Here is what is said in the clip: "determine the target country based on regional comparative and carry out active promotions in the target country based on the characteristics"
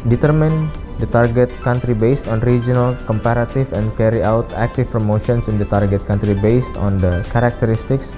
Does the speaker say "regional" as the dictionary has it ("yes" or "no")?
yes